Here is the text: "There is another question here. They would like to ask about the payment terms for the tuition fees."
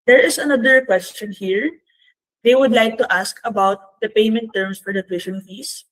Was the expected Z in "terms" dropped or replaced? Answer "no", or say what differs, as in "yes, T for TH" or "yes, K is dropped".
yes, S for Z